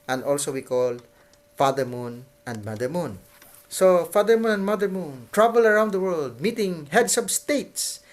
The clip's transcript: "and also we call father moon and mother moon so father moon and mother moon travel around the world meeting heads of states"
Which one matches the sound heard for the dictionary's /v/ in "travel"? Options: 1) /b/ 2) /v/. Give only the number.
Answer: 1